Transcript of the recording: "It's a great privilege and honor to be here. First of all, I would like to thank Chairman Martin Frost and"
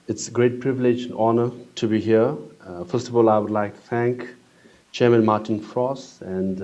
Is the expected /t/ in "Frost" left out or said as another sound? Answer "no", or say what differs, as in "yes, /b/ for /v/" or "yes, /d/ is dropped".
yes, /t/ is dropped